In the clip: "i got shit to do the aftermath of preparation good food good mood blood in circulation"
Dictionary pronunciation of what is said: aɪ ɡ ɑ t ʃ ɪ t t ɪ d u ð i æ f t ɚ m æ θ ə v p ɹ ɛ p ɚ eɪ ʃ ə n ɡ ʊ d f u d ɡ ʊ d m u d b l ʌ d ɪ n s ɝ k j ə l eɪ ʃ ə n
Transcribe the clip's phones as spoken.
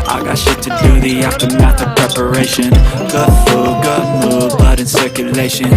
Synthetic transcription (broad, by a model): aɪ ɡ ɑ t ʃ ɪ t t ɪ d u ð i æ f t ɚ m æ t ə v p ɹ ɛ p ɚ eɪ ʃ ə n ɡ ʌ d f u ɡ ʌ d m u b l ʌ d ɪ n s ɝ k j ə l eɪ ʃ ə n